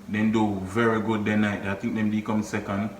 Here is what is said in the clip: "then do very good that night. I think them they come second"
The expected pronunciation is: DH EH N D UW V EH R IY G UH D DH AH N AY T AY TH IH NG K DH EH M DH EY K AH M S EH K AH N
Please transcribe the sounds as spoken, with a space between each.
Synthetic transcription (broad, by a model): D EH N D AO V EH R IY G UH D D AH N AY T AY T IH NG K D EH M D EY K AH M S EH K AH N